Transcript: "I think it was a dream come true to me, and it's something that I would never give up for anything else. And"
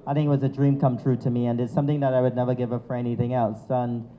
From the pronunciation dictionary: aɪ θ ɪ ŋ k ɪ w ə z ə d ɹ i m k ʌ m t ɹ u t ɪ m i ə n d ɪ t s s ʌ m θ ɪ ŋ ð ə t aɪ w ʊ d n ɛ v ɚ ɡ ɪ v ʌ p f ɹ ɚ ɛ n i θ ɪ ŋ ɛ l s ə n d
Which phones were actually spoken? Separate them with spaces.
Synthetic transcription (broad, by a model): aɪ θ ɪ ŋ k ɪ w ə z ə d ɹ i m k ʌ m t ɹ u t ɪ m i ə n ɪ t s s ʌ m θ ɪ ŋ ð ə t aɪ w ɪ d n ɛ v ɚ ɡ ɪ v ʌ f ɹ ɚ ɛ n i θ ɪ ŋ ɛ l s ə n